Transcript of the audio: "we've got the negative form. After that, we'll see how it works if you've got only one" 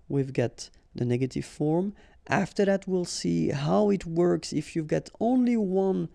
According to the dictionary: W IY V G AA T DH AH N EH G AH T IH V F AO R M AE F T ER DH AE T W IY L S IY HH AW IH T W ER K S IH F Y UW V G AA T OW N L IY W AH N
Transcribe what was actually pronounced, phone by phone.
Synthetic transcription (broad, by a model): W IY V G AA T DH AH N EH G AH T IH V F AO R M AE F T ER DH AE T W IY L S IY HH AW IH T W ER K S IH F Y UW V G AA T OW N L IY W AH N